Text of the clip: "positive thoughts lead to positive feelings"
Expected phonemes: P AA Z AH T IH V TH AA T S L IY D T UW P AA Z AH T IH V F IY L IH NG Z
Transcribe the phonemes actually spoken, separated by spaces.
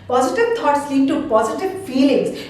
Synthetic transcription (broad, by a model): P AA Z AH T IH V T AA T S L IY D T UW P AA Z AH T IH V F IY L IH NG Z